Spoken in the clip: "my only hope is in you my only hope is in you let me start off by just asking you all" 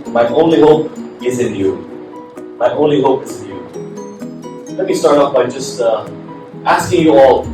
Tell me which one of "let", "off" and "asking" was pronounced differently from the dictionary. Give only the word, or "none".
off